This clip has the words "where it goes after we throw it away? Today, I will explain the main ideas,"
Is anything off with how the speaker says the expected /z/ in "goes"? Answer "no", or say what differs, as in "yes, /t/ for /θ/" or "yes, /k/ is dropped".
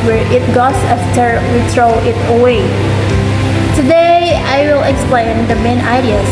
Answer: yes, /s/ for /z/